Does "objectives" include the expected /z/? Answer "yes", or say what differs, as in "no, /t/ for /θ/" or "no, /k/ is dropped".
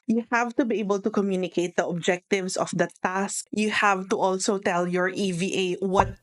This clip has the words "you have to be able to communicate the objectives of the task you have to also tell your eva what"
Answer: no, /s/ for /z/